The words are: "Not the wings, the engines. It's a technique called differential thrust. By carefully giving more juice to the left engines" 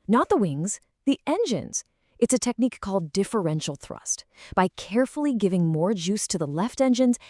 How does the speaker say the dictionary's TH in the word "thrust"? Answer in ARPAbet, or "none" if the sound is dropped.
TH